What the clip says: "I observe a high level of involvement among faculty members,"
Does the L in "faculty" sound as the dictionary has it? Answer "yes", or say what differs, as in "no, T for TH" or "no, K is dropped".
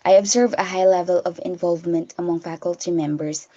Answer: yes